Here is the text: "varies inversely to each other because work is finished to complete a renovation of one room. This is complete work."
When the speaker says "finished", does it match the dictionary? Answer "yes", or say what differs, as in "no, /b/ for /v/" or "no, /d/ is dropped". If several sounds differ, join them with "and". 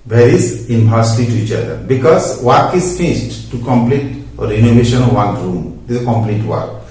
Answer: no, /s/ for /ʃ/